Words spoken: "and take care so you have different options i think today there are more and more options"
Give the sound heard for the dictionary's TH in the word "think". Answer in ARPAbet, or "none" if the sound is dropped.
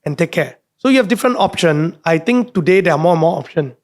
T